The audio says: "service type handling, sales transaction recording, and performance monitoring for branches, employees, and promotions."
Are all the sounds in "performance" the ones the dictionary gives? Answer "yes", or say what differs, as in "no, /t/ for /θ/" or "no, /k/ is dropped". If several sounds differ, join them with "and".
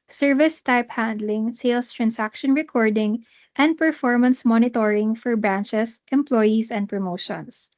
yes